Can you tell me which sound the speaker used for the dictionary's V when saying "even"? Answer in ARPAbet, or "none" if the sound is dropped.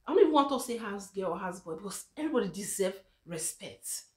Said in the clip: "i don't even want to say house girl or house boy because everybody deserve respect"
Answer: none